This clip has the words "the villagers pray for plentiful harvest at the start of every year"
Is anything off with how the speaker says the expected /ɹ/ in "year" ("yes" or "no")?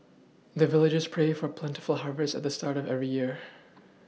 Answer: no